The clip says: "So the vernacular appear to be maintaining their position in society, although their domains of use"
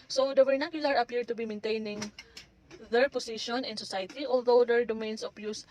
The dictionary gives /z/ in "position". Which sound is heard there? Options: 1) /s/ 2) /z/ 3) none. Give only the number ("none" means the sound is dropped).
1